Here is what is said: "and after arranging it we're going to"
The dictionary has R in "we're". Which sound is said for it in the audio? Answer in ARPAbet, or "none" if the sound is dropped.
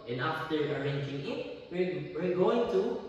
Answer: W